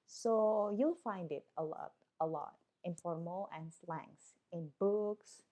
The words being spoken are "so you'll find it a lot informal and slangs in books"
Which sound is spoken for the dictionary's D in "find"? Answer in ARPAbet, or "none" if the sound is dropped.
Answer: D